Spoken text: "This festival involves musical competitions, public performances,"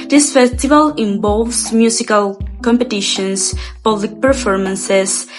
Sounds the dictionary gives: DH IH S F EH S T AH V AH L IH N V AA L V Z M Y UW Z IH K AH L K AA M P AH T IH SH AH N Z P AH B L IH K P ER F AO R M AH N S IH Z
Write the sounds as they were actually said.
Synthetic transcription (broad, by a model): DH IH S F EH S T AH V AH L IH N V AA L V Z M Y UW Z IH K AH L K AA M P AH T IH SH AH N S P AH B L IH K P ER F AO R M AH N S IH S